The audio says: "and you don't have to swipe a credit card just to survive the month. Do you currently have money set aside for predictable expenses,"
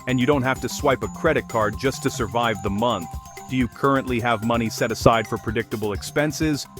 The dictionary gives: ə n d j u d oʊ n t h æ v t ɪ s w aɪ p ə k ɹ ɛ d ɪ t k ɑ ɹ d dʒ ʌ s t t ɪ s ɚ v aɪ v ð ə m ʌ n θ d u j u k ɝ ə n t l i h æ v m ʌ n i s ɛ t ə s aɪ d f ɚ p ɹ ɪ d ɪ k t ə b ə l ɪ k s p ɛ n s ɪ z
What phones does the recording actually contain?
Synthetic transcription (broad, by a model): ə n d j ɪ d oʊ n t h æ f t ɪ s w aɪ p ə k ɹ ɛ d ɪ t k ɑ ɹ d dʒ ʌ s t t ɪ s ɚ v aɪ v ð ə m ʌ n θ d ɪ j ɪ k ɝ ə n t l i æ v m ʌ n i s ɛ t ə s aɪ d f ɚ p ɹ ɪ d ɪ k t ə b l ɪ k s p ɛ n s ɪ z